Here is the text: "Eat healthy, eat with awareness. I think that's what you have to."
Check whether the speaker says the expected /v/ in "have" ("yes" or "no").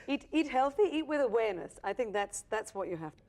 no